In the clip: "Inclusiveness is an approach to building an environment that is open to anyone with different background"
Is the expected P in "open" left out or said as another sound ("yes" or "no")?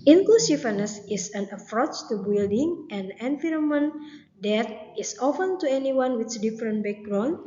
yes